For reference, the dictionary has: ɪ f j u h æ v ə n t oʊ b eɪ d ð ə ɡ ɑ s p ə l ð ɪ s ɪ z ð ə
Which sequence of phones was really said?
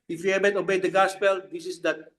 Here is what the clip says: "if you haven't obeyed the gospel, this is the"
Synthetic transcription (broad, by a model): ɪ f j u h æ b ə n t oʊ b eɪ d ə ɡ ɑ s p ə l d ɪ s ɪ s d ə